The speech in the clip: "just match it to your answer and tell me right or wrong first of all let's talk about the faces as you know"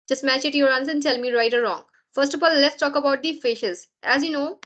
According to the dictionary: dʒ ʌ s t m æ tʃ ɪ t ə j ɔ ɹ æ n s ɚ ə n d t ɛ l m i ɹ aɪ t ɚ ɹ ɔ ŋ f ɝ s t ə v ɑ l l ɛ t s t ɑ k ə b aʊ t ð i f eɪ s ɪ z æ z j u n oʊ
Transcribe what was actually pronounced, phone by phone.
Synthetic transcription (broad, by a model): dʒ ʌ s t m æ tʃ ɪ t j ɔ ɹ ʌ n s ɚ ə n d t ɛ l m i ɹ aɪ t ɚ ɹ ɔ ŋ f ɝ s t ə f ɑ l l ɛ t s t ɑ k ə b aʊ t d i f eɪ ʃ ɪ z æ z j u n oʊ